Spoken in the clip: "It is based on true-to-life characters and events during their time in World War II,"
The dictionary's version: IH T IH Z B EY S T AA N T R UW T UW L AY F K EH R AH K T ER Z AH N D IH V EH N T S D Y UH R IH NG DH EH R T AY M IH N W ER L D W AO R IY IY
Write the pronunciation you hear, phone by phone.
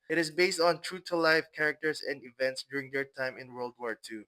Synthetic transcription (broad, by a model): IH T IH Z B EY S T AA N T R UW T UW L AY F K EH R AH K T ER S AH N D IH V EH N T S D Y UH R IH NG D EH R T AY M IH N W ER L D W AO R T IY